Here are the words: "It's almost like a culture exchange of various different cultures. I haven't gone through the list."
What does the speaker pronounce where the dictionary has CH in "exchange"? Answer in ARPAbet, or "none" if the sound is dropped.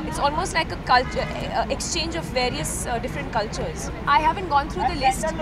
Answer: CH